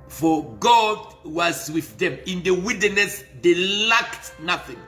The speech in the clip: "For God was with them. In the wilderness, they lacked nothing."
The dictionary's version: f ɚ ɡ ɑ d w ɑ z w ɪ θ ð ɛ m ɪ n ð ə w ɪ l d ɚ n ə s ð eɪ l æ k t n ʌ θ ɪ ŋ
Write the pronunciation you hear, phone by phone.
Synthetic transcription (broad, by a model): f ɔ ɡ ɑ d w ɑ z w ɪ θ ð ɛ m ɪ n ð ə w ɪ d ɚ n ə s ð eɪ l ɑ k t n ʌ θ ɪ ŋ